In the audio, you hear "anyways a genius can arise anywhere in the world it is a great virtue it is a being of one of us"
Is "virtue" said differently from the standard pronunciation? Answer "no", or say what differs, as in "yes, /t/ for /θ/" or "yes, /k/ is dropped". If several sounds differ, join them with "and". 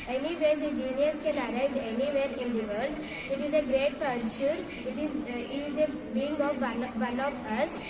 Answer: yes, /f/ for /v/